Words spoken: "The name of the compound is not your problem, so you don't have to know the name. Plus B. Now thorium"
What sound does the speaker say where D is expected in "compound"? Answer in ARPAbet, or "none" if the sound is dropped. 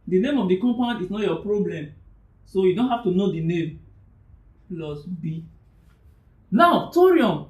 none